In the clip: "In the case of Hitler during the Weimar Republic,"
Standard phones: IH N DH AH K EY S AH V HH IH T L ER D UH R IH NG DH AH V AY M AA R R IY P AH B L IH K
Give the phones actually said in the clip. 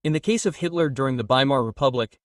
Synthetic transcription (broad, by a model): IH N DH AH K EY S AH V HH IH T L ER D UH R IH NG DH AH B AY M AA R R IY P AH B L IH K